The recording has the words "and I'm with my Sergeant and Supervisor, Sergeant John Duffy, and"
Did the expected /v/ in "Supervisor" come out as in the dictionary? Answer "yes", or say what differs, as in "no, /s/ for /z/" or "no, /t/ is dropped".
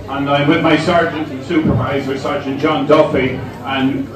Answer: yes